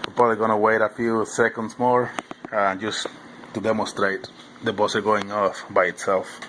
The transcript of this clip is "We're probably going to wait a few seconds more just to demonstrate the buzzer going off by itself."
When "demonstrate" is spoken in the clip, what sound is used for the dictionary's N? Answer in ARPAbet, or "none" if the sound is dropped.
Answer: N